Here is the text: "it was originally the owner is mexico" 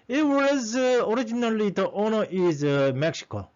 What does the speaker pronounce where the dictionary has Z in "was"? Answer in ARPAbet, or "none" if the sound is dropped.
Z